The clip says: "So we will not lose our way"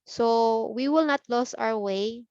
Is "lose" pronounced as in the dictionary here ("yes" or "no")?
no